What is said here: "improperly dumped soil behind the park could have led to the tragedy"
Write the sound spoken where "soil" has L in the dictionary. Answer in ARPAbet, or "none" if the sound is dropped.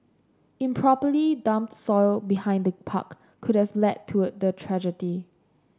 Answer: L